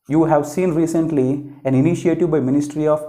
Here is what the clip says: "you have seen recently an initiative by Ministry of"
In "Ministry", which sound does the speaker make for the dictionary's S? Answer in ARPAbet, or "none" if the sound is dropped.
S